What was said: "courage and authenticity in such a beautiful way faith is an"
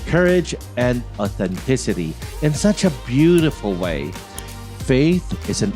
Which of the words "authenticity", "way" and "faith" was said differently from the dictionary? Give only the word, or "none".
none